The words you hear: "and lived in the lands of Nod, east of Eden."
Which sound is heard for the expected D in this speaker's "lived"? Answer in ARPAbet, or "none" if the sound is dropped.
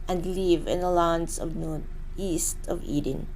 none